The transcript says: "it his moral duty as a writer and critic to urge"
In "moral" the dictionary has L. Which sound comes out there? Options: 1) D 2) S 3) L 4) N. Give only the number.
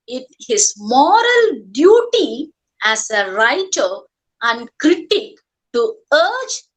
3